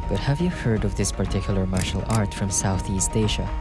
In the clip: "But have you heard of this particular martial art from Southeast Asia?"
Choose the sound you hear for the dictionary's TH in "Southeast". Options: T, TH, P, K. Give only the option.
TH